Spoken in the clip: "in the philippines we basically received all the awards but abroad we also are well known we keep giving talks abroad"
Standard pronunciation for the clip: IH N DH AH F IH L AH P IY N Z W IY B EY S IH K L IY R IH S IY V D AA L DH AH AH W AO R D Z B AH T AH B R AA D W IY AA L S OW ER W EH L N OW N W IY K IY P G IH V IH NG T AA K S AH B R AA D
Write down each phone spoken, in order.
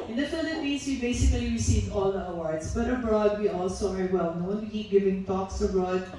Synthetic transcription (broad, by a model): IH N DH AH F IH L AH P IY N S W IY B EY S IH K L IY R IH S IY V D AA L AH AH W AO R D S B AH T AH B R AA D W IY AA L S OW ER W EH L N OW N W IY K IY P G IH V IH NG T AA K S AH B R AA D